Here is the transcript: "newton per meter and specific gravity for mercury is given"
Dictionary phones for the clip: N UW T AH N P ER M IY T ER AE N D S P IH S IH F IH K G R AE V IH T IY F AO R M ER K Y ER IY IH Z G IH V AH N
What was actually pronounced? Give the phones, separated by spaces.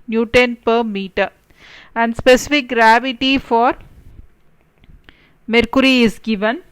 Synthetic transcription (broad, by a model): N UW T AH N P ER M IY T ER AE N D S P IH S IH F IH K G R AE V IH T IY F AO R M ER K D IY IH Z G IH V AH N